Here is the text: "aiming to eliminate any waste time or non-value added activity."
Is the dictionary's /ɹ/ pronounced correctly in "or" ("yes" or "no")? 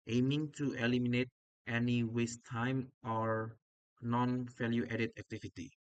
yes